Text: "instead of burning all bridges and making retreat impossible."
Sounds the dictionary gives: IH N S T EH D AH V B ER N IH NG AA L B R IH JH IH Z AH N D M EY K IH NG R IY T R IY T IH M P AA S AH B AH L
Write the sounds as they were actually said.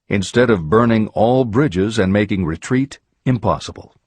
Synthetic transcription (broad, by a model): IH N S T EH D AH V B ER N IH NG AA L B R IH JH IH Z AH N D M EY K IH NG R IY T R IY T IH M P AA S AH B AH L